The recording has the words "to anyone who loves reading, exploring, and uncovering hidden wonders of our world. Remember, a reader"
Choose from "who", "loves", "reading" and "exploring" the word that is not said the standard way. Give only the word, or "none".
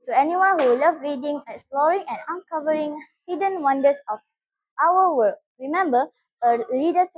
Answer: loves